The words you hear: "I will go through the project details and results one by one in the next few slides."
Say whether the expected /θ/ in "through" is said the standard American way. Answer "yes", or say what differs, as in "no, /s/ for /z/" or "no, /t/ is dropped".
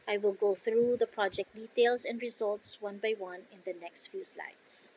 yes